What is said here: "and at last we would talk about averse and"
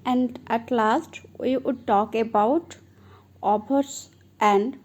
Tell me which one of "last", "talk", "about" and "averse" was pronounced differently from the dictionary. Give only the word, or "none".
averse